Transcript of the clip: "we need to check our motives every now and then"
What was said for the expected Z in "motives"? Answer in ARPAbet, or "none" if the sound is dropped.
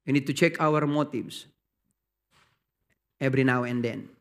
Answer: S